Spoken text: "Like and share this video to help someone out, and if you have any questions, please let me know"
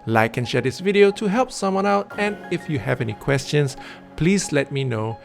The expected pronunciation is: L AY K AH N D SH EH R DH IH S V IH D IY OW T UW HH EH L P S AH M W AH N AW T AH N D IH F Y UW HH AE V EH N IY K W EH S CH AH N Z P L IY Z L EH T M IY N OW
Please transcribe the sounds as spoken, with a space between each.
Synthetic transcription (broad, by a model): L AY K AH N SH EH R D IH S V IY D IY OW T UW HH EH L P S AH M W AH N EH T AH N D IH F Y UW HH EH V EH N IY K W EH S CH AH N S P L IY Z L EH T M IY N OW